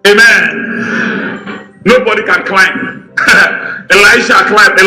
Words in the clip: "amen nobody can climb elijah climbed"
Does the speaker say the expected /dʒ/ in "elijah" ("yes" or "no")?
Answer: no